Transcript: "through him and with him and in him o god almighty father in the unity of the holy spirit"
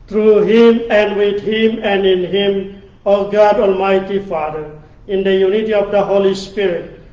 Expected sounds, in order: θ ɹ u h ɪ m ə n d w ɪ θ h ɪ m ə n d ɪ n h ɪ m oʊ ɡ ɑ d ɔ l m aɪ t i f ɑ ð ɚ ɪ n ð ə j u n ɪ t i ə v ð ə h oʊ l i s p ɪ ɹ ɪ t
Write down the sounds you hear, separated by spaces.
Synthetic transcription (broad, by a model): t ɹ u h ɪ m ə n d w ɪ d h ɪ m ə n d ɪ n h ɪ m oʊ ɡ ɑ d ɔ l m aɪ t i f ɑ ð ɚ ɪ n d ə j u n ɪ t i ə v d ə h oʊ l i s p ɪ ɹ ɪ t